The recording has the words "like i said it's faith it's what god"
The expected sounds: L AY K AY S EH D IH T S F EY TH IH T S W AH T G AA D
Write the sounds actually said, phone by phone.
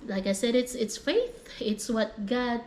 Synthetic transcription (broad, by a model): L AY K AY S EH D IH T S F EY TH IH T S W AH T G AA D